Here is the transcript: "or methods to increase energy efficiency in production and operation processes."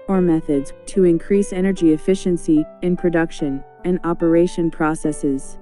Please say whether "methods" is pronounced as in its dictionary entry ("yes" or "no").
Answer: yes